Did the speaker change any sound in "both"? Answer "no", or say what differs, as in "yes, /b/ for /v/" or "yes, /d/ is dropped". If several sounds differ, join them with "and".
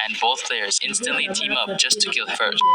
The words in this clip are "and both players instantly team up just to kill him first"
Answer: no